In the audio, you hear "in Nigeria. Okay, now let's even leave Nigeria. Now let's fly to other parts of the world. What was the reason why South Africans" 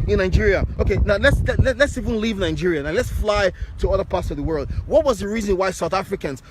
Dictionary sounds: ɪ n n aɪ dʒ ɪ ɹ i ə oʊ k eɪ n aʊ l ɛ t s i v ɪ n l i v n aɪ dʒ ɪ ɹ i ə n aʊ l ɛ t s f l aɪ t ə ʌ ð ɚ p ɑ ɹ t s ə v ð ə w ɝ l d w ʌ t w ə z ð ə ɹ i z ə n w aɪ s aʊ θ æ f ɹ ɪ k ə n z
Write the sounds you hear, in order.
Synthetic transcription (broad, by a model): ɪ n n aɪ dʒ ɪ ɹ i ə oʊ k eɪ n aʊ l ɛ t s i v ɪ n l i v n aɪ dʒ ɪ ɹ i ə n aʊ l ɛ t s f l aɪ t ə ʌ ð ɚ p ɑ ɹ t s ə v ð ə w ɝ l d w ʌ t w ə z ð ə ɹ i z ə n w aɪ s aʊ θ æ f ɹ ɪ k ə n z